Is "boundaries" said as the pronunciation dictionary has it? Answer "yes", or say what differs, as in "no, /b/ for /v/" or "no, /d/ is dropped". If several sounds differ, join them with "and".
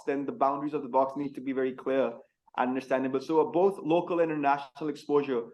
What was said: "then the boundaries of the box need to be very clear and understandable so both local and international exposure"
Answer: yes